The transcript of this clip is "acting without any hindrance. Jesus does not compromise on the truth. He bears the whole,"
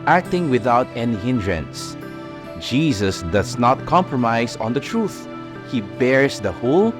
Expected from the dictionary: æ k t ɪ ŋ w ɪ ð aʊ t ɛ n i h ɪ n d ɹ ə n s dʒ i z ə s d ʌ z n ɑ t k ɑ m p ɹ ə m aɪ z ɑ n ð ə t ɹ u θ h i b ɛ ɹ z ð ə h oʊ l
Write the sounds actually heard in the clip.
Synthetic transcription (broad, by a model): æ k t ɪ ŋ w ɪ ð aʊ t ɛ n i h ɪ n d ɹ ə n s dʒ i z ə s d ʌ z n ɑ t k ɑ m p ɹ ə m aɪ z ɑ n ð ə t ɹ u θ h i b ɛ ɹ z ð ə h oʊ l